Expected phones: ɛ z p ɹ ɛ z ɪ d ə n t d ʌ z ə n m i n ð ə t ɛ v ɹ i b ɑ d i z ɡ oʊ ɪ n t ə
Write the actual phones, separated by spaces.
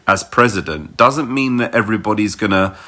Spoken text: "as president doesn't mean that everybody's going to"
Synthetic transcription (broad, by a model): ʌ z p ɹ ɛ z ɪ d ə n d ʌ z ə n m i n ð ə t ɛ v ɹ i b ɑ d i z ɡ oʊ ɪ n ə